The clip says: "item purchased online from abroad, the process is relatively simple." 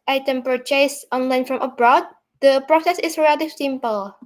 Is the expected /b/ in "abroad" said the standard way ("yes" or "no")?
yes